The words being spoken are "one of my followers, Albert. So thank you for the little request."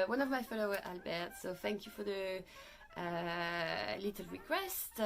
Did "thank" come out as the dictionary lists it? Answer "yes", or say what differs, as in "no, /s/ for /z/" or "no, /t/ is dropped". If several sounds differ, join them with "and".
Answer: yes